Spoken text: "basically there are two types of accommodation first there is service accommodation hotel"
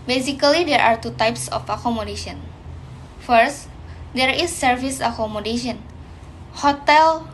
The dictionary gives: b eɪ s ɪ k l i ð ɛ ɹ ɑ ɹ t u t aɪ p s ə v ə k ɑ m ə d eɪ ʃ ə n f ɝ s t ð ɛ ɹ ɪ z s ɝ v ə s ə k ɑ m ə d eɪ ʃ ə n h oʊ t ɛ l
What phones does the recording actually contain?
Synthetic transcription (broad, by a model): b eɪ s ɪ k l i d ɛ ɹ ɑ ɹ t u t aɪ p s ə f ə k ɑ m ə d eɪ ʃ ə n f ɝ s t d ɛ ɹ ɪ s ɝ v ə s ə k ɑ m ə d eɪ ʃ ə n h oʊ t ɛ l